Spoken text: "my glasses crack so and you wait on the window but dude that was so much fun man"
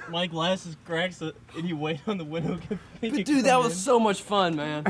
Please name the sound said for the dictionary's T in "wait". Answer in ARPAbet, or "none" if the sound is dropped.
T